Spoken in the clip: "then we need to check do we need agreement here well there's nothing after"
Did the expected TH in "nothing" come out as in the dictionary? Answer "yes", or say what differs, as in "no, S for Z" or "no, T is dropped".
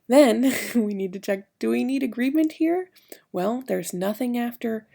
yes